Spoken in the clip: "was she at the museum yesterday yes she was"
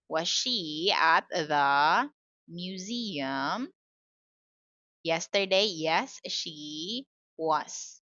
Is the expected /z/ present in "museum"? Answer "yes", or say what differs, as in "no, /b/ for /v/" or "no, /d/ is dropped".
yes